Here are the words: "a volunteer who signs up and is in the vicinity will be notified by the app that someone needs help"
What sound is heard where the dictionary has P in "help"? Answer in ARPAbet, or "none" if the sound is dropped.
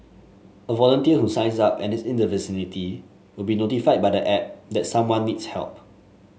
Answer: P